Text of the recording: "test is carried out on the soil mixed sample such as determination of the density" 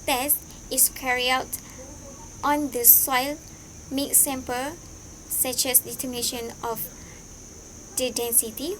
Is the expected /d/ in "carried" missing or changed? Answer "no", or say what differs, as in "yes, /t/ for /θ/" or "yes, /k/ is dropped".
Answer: yes, /d/ is dropped